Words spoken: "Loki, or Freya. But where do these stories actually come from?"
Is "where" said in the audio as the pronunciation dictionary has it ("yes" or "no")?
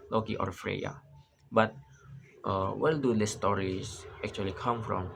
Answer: no